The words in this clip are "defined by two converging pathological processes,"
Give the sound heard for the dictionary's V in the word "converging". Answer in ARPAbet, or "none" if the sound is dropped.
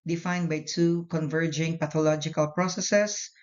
V